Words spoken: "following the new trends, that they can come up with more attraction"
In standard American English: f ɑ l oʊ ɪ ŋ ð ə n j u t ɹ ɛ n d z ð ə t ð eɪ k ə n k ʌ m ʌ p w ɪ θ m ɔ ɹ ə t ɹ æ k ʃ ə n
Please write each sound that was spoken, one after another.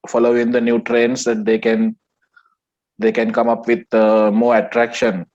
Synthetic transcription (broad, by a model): f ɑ l oʊ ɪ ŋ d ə n j u t ɹ ɛ n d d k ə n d eɪ k ə n k ʌ m ʌ p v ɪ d m ɔ ɹ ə t ɹ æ k ʃ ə n